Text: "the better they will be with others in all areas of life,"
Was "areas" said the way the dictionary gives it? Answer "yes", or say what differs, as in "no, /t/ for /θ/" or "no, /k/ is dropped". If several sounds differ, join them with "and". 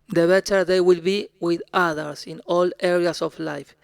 no, /s/ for /z/